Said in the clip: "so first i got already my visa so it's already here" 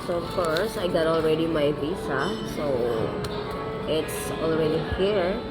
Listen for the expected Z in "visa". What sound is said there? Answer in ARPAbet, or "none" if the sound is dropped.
S